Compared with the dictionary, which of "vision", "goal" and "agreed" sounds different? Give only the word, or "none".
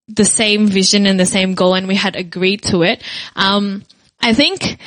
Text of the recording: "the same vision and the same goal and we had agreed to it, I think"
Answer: none